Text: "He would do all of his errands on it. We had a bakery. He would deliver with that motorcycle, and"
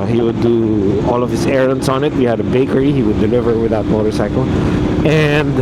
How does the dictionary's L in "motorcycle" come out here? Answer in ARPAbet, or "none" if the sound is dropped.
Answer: L